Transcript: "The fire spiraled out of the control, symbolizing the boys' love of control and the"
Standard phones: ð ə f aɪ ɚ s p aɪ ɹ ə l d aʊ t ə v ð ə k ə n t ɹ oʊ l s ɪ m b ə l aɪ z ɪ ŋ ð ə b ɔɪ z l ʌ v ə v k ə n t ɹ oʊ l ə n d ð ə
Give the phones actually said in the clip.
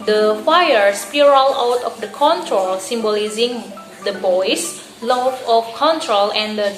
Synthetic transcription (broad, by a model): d ə f aɪ ɚ s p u ɹ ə l aʊ t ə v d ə k ə n t ɹ oʊ l s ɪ m b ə l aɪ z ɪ ŋ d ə b ɔɪ s l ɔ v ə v k ə n t ɹ oʊ l ə n d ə